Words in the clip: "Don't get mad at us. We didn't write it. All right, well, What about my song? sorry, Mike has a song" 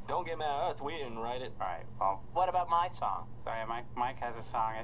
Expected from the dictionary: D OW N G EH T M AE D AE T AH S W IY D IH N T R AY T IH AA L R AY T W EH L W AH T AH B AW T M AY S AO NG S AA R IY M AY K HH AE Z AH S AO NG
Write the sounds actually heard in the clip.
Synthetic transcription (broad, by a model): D OW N G EH T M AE AH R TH W IY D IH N R AY T IH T R AY T W EH L W AH T AH B AW T M AY S AO NG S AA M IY M AY K HH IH Z AH S AO NG